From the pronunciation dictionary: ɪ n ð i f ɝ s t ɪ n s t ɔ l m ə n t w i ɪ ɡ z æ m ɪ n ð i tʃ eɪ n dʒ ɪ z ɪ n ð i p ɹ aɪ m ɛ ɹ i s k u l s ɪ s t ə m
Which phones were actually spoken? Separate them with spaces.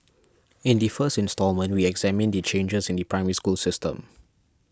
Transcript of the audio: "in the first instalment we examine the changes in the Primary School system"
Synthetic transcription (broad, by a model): ɪ n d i f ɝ s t ɪ n s t ɔ l m ə n t w i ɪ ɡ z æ m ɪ n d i tʃ eɪ n dʒ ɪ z ɪ n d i p ɹ aɪ m ɛ ɹ i s k u l s ɪ s t ə m